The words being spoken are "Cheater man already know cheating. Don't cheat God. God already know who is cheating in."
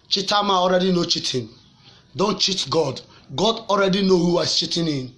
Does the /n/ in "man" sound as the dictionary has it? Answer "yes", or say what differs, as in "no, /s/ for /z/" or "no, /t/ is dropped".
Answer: no, /n/ is dropped